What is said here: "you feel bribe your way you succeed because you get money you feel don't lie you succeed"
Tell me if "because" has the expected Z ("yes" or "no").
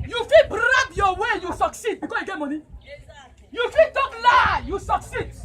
no